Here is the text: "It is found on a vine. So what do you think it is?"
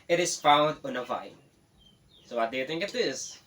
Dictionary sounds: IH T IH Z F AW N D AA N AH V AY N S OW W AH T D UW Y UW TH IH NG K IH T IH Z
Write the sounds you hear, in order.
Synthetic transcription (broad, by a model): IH T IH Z F AW N D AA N AH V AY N S OW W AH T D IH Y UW TH IH NG K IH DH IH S